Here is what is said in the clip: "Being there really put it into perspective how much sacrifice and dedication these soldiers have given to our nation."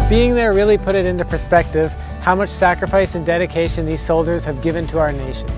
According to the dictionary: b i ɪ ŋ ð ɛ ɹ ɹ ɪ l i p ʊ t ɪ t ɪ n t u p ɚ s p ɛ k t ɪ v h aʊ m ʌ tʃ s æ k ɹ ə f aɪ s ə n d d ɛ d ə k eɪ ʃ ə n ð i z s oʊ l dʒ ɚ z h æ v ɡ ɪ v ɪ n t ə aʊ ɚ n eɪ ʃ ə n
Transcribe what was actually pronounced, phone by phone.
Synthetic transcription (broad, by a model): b i ɪ ŋ ð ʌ ɹ ɹ ɪ l i p ʊ t ɪ t ɪ n t u p ɚ s p ɛ k t ɪ v h aʊ m ʌ tʃ s æ k ɹ ə f aɪ s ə n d d ɛ d ə k eɪ ʃ ə n ð i z s oʊ l dʒ ɚ z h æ v ɡ ɪ v ɪ n t ə aʊ ɚ n eɪ ʃ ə n